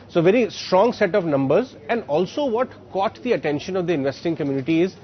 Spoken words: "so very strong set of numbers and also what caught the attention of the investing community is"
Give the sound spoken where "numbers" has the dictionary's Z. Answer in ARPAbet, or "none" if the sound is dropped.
Z